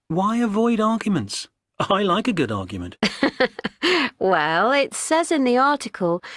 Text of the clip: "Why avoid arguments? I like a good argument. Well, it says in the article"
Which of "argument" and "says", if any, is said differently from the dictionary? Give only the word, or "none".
none